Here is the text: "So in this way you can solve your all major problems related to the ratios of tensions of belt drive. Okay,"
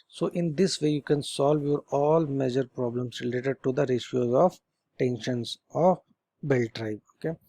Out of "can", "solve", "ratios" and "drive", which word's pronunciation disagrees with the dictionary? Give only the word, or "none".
drive